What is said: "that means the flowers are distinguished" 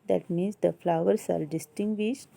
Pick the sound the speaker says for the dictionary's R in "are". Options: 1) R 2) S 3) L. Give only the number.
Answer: 3